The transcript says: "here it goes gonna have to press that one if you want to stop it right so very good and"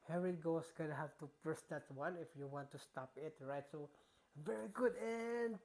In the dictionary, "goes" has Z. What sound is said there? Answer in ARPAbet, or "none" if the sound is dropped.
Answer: S